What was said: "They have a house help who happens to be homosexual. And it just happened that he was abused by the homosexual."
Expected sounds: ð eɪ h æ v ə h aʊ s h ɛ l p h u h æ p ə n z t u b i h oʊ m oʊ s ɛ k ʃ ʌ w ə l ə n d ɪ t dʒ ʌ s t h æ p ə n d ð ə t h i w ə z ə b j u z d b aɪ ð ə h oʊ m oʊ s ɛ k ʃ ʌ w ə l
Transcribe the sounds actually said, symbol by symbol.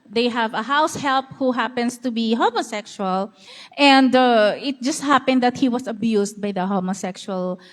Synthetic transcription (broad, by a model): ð eɪ h æ v ə h aʊ s h ɛ l p h u h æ p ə n s t u b i h oʊ m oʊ s ɛ k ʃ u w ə l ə n d ɪ t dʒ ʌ s t h æ p ə n d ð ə t h i w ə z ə b j u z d b aɪ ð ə h oʊ m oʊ s ɛ k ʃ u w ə l